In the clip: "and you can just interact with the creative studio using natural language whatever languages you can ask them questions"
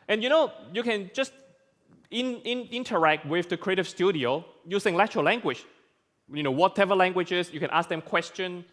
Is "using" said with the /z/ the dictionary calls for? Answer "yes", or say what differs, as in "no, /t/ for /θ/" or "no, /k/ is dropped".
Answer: no, /s/ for /z/